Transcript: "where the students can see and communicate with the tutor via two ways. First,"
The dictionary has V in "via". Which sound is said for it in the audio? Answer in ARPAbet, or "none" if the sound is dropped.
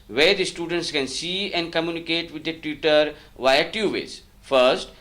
V